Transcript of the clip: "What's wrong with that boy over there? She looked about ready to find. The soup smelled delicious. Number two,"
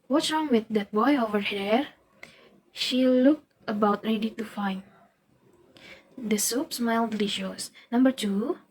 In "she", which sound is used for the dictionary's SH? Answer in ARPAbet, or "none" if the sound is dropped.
SH